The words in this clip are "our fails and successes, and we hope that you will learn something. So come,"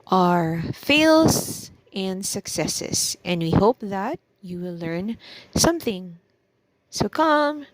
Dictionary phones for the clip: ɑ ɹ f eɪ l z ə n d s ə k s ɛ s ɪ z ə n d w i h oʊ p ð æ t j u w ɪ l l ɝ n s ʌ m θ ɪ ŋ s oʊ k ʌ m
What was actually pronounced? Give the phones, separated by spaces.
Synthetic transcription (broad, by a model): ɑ ɹ f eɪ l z ə n d s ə k s ɛ s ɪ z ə n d w i h oʊ p ð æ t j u w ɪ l l ɝ n s ʌ m θ ɪ ŋ s oʊ k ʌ m